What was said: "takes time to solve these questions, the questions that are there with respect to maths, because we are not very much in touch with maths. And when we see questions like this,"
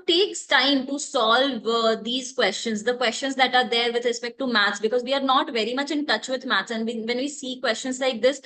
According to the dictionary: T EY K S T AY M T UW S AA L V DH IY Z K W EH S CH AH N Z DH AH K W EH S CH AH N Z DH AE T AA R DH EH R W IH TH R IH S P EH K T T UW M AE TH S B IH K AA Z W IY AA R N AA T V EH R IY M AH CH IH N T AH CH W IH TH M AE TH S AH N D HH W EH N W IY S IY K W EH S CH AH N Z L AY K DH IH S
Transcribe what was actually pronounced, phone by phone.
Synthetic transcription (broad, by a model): T EY K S T AY M T UW S AA L V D IY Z K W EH S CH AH N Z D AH K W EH S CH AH N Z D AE T AA R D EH R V IH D R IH S P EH K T T UW M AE T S B IH K AA Z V IY AA R N AA T V EH R IY M AH CH IH N T AH CH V IH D M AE T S AH N D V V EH N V IY S IY K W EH S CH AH N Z L AY K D IH S